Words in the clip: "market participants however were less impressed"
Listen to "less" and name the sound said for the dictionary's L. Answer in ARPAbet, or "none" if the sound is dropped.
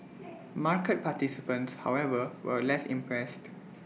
L